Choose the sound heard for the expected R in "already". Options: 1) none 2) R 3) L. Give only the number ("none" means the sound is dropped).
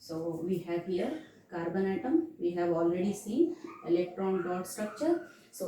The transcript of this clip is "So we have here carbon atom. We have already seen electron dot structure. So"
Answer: 2